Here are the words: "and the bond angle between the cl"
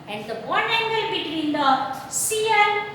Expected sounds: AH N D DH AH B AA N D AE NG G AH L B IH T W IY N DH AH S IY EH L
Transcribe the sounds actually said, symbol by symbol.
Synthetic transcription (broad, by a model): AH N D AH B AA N EH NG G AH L B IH T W IY N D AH S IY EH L